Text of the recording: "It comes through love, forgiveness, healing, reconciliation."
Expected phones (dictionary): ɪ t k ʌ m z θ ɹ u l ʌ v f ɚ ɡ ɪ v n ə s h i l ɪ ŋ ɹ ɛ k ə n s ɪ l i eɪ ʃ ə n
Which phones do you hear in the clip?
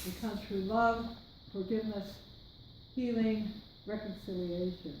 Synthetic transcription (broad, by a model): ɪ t k ʌ m z θ ɹ u l ʌ v f ɚ ɡ ɪ v n ə s h i l ɪ ŋ ɹ ɛ k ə n s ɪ l i eɪ ʃ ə n